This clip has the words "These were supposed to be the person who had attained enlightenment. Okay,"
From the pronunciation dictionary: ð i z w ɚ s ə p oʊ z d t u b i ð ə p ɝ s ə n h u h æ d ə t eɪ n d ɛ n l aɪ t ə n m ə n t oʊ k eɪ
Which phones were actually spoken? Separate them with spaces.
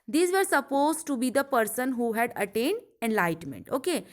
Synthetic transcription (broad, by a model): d i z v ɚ s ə p oʊ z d t u b i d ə p ɝ s ə n h u h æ d ə t eɪ n d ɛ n l aɪ t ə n m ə n t oʊ k eɪ